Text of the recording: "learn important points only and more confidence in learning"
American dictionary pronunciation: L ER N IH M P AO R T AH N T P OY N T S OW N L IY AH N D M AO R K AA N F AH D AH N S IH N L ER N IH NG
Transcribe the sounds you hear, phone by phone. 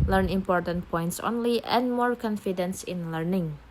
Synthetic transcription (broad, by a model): L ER N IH M P AO R T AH N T P OY N T S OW N L IY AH N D M AO R K AA N F AH D AH N S IH N L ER N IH NG